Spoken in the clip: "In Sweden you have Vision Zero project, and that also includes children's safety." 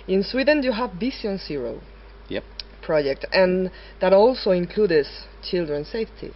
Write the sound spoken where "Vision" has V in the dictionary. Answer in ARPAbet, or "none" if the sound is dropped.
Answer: B